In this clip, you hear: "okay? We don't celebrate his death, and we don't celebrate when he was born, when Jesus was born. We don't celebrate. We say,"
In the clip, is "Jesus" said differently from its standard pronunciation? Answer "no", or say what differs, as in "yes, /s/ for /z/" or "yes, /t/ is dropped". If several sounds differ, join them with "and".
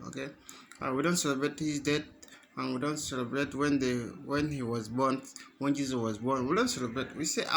yes, /s/ is dropped